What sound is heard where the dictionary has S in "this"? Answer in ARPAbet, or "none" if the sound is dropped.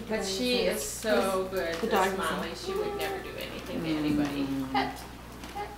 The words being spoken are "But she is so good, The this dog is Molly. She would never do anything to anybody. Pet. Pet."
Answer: none